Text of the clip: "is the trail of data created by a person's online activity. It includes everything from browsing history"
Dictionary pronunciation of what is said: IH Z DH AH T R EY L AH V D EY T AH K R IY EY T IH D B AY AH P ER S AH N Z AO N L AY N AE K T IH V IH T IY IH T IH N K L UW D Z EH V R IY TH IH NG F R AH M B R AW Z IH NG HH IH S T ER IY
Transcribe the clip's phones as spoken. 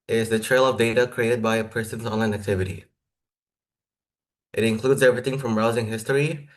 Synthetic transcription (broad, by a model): IH Z DH AH T R EY L AH V D EY T AH K R IY EY T IH D B AY AH P ER S AH N Z AO N L AY N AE K T IH V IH T IY IH T IH N K L UW D Z EH V R IY TH IH NG F R AH M R AW Z IH NG HH IH S T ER IY